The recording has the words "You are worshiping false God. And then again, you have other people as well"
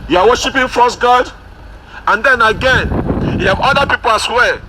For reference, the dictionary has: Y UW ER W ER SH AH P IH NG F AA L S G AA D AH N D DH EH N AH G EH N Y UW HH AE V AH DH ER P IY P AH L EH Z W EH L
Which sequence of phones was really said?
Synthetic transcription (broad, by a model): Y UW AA W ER SH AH P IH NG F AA S G AA D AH N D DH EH N AH G EH N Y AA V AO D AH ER P IY P AH L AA S W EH